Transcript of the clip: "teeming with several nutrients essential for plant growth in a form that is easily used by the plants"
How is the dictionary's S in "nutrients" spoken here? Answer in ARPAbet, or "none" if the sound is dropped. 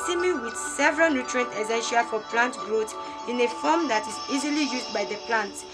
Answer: none